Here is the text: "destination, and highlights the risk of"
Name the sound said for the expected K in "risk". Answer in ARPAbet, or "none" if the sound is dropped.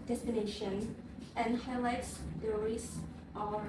none